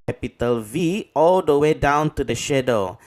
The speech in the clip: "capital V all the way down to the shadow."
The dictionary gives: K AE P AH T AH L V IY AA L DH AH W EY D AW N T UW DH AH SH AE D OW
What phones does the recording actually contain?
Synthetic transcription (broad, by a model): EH P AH T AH L V IY AA L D AH W EY D AW N T UW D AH SH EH D OW